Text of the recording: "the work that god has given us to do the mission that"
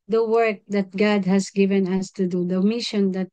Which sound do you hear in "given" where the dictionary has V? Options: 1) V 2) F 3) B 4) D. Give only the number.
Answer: 1